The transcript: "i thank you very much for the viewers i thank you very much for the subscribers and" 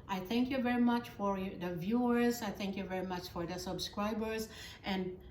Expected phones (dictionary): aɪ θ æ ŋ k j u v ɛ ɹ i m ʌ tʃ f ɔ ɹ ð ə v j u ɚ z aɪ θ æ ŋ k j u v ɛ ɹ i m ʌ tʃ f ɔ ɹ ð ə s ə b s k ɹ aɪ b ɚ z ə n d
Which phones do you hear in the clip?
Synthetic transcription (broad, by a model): aɪ θ æ ŋ k j u v ɛ ɹ i m ʌ tʃ f ɔ ɹ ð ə v j u ɚ z aɪ θ æ ŋ k j u v ɛ ɹ i m ʌ tʃ f ɔ ɹ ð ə s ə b s k ɹ aɪ b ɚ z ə n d